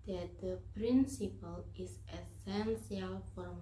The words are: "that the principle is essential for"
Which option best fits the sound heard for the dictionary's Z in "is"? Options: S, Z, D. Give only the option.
S